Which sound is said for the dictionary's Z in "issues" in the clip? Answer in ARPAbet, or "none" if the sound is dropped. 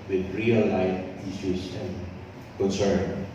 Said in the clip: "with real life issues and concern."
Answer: S